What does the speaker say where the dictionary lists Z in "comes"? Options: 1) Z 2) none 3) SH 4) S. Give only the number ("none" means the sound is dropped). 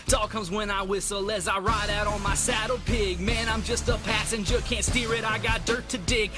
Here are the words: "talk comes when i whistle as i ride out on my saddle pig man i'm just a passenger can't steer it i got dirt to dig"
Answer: 1